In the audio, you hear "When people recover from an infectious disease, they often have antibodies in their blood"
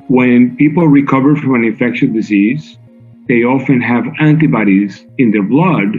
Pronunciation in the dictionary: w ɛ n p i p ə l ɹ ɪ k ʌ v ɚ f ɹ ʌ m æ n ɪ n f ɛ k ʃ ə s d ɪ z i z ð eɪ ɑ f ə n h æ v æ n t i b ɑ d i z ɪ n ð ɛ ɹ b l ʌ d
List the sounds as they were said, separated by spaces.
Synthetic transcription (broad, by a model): w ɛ n p i p l ɹ ɪ k ʌ v ɚ f ɹ ʌ m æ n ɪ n f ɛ k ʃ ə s d ɪ z i z ð eɪ ɑ f ə n h æ v æ n t i b ɑ d i z ɪ n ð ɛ ɹ b l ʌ d